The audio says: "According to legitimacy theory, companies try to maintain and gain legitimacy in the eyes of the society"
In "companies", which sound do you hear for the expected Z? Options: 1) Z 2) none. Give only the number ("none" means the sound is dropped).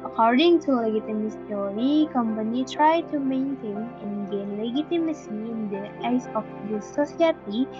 2